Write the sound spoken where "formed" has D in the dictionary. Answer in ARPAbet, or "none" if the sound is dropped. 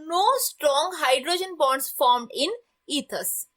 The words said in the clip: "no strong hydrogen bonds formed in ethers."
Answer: D